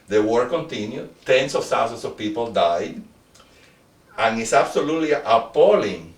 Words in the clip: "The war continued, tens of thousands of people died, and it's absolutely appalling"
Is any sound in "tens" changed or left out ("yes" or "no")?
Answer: yes